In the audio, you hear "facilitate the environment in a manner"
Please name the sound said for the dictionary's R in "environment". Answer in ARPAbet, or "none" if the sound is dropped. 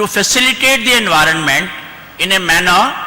R